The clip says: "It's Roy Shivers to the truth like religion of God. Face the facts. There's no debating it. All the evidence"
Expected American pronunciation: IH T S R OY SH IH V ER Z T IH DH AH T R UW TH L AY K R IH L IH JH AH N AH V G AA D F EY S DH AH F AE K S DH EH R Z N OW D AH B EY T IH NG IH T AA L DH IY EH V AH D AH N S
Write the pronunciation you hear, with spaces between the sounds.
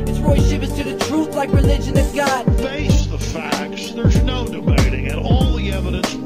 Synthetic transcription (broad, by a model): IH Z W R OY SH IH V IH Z T IH DH AH T R UW TH L AY K R IH L IH JH AH N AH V G AA D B EY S DH AH F AE K S DH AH R Z N OW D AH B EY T IH NG IH T AA L DH IY EH V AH D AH N S